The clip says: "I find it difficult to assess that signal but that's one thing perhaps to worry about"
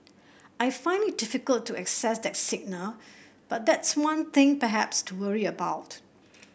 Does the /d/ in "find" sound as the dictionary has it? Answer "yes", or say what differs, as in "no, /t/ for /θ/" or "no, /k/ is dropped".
no, /d/ is dropped